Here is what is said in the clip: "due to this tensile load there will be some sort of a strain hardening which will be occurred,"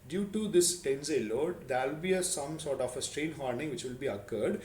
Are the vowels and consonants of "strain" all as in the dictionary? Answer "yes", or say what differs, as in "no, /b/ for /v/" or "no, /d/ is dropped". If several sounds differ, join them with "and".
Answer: yes